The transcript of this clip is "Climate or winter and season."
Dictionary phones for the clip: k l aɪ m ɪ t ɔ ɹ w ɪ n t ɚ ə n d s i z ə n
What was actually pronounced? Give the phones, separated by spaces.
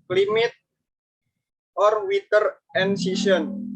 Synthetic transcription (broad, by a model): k l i m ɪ t ɔ ɹ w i t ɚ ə n s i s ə n